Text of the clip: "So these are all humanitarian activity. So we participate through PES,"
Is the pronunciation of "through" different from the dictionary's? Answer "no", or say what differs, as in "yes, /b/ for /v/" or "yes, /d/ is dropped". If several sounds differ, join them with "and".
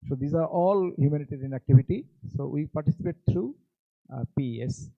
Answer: yes, /t/ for /θ/